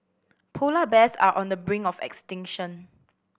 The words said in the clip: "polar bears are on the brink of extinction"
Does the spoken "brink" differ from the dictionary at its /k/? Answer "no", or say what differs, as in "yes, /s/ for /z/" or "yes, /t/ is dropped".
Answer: yes, /k/ is dropped